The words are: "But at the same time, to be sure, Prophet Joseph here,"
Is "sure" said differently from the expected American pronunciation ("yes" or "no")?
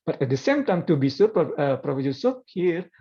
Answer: yes